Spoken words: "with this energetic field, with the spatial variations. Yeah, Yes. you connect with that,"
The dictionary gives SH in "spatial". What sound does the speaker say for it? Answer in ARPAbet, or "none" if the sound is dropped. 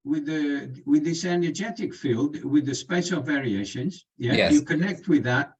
S